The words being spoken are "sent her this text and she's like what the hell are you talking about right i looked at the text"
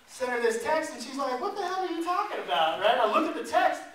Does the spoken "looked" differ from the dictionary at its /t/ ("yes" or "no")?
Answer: yes